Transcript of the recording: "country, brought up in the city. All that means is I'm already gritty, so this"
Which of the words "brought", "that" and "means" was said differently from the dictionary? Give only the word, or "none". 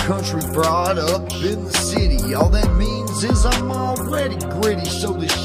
none